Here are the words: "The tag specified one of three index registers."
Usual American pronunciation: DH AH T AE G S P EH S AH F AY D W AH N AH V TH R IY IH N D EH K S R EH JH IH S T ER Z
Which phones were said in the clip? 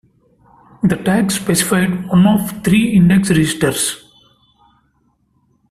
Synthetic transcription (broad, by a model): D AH T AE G S P EH S AH F AY D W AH N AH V T R IY IH N D EH K S R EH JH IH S T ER S